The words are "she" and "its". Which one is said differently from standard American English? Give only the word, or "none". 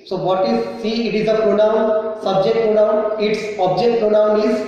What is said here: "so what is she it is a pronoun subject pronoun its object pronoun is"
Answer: she